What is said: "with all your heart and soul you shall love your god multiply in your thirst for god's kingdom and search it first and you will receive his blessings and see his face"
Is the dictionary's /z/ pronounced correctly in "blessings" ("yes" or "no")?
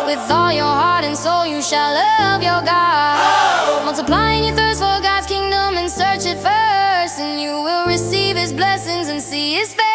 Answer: yes